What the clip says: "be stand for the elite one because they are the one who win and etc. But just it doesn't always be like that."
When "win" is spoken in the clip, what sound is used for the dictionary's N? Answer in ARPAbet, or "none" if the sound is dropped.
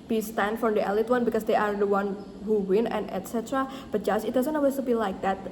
N